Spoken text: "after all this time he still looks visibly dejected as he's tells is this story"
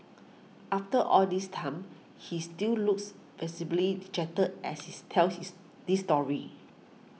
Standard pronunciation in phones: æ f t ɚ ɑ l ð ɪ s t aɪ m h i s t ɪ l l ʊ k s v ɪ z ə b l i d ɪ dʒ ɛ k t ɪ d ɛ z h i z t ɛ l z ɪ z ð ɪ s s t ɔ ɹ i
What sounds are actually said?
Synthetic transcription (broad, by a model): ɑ f t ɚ ɑ l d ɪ s t aɪ m h i s t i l l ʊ k s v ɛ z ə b l i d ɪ tʃ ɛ t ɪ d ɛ s h i s t ɛ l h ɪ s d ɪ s s t ɔ ɹ i